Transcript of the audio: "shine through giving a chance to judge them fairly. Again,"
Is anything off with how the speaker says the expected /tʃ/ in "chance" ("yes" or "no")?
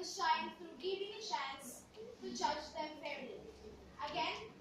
yes